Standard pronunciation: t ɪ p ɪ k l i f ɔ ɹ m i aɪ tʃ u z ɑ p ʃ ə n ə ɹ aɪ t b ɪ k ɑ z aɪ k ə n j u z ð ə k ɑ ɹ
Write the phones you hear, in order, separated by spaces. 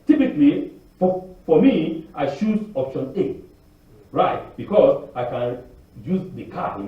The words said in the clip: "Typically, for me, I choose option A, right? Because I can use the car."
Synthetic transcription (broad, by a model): t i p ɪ k l i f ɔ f m i aɪ ʃ u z ɑ p ʃ ə n ə ɹ aɪ t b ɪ k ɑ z aɪ k ə n j u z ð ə k ɑ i